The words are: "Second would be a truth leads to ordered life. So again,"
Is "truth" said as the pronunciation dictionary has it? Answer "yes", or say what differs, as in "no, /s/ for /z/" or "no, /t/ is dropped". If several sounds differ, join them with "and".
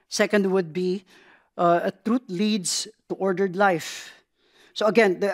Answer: no, /t/ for /θ/